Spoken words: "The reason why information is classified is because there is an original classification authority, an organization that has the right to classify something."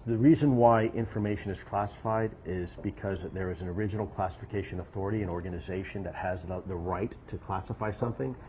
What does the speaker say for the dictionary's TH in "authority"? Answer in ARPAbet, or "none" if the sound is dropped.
TH